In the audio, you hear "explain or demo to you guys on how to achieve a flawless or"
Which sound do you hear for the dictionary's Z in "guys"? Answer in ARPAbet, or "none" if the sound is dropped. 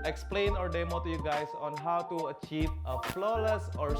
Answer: S